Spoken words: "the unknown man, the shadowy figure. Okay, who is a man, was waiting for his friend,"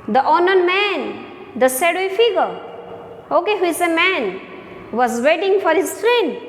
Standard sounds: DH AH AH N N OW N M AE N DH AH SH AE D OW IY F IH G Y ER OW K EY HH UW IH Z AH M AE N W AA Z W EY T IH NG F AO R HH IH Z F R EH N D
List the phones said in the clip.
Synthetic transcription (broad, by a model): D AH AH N N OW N M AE N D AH S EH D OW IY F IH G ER OW K EY HH UW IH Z AH M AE N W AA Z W EY T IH NG F AO R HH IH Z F R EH N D